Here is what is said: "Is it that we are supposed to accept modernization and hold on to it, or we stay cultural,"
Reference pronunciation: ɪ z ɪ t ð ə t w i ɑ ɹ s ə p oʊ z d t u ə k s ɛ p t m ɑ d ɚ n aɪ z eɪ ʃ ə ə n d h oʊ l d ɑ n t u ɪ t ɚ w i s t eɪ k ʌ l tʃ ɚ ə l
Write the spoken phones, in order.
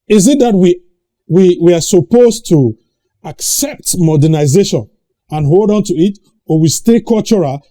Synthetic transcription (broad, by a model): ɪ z ɪ t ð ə t w i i w s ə p oʊ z t u ə k s ɛ p t m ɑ d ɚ n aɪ z eɪ ʃ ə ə n h oʊ l d ɑ n t u ɪ t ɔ w i s t eɪ k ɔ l tʃ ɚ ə